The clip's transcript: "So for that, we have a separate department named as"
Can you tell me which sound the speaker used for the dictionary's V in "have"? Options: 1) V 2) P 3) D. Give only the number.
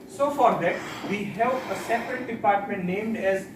2